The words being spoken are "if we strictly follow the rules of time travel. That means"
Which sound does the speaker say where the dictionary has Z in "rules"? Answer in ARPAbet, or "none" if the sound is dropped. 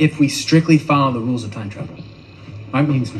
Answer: Z